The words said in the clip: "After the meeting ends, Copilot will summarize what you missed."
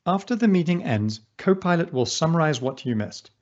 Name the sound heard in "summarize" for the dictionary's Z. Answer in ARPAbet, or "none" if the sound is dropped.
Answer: Z